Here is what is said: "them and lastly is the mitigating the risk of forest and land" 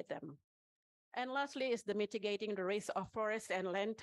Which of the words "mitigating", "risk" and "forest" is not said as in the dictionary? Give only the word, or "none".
risk